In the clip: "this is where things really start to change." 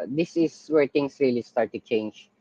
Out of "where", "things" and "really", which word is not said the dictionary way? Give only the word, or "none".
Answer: things